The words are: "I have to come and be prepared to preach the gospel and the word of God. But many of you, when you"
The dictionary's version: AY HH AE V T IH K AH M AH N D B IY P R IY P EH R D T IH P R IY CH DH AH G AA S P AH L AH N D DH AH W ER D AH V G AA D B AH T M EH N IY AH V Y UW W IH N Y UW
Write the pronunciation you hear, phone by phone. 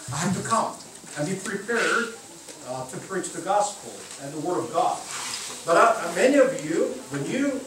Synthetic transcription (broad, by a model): AY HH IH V T IH K AH M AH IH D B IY P R IY P EH R D T IH P R IY CH DH AH G AA S P L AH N DH AH W ER D AH V G AA D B AH T M EH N IY AH V Y UW W IH N Y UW